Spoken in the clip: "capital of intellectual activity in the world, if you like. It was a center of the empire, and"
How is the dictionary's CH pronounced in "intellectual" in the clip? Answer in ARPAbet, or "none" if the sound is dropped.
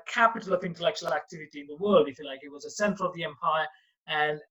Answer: CH